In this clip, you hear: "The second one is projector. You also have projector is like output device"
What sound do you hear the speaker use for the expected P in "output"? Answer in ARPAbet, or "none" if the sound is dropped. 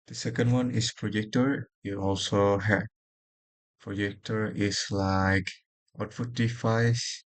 F